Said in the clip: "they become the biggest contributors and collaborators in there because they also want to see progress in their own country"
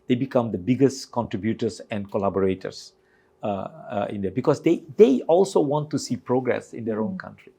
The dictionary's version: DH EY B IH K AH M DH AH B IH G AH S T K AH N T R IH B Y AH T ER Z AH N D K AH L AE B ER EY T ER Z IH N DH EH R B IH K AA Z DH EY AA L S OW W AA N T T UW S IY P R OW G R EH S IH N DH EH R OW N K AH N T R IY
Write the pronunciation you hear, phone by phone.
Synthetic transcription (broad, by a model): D EY B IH K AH M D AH B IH G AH S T K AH N T R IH B Y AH T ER S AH N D K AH L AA B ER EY T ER S IH N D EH B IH K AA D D EY AA L S OW W AA N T T UW S IY P R OW G R EH S IH N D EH R OW N K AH N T R IY